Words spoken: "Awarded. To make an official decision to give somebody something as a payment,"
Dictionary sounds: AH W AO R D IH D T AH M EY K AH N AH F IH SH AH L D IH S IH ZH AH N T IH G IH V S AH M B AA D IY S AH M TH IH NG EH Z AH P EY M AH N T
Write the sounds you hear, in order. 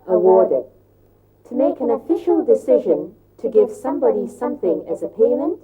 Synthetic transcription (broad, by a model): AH W AO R D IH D T AH M EY K AH N AH F IH SH AH L D IH S IH ZH AH N T IH G IH V S AH M B AA D IY S AH M TH IH NG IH Z AH P EY M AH N T